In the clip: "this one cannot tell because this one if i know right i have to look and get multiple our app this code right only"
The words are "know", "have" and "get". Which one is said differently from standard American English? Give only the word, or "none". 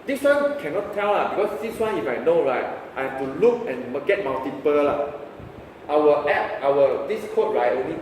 have